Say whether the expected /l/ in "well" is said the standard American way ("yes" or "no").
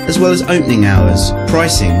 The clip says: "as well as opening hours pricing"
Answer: yes